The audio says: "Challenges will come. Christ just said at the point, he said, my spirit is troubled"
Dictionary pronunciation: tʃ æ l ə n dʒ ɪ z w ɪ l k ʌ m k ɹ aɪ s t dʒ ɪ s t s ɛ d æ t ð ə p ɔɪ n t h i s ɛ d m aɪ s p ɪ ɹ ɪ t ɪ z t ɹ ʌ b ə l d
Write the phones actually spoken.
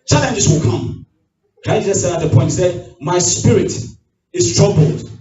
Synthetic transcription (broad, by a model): tʃ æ l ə n dʒ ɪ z w ɪ l k ʌ m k aɪ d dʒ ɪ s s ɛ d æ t ð ə p ɔɪ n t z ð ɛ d m aɪ s p ɪ ɹ ɪ t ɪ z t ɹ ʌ b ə l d